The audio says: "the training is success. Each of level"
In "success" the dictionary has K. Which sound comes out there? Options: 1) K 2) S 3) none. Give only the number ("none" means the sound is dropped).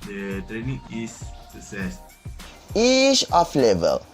3